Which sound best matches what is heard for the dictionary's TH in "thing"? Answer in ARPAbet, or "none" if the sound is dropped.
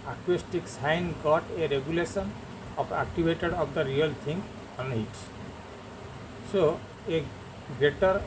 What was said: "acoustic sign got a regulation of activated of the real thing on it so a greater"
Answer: T